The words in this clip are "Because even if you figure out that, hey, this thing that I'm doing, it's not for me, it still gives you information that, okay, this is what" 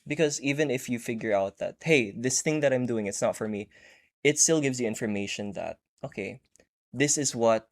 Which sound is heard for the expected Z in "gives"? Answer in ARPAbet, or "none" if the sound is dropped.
Z